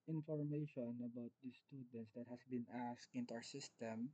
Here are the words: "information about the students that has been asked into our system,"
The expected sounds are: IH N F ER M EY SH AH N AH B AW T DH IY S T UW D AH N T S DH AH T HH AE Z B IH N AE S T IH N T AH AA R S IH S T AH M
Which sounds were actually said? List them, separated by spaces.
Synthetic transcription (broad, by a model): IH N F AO M EY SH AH N AH B AW T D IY S T UW D AH N T S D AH T HH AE S B IH N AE S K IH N T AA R S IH S T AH M